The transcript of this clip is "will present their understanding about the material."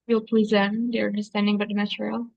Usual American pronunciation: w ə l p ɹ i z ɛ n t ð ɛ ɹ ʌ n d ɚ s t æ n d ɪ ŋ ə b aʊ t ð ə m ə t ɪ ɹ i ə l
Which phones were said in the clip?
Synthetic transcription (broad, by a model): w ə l p l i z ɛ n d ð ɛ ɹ ʌ n d ɚ s t æ n d ɪ ŋ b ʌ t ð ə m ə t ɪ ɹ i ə l